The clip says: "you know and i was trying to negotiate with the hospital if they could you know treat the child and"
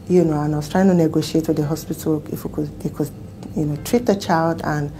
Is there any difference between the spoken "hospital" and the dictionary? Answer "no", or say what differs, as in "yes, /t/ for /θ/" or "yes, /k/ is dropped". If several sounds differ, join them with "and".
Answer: yes, /w/ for /l/